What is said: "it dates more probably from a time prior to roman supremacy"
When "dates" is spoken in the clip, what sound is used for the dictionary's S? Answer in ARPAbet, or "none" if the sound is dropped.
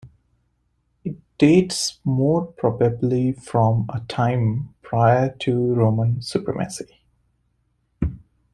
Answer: S